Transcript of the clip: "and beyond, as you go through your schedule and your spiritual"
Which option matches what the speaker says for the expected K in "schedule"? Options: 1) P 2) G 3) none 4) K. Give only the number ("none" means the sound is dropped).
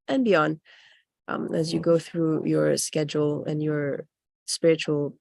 4